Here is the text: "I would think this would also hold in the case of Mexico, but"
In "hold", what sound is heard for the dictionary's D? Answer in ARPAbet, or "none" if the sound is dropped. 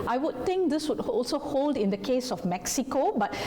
D